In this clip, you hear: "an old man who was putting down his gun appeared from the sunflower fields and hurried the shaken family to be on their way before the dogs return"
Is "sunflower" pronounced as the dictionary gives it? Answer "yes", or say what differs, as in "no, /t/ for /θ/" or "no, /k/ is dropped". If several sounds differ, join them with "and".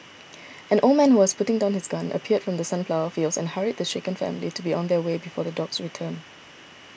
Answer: no, /p/ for /f/